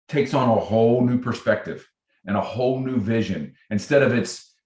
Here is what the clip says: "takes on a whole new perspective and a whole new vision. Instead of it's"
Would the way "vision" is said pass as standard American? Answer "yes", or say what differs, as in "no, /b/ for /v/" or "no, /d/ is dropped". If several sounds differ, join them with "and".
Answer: yes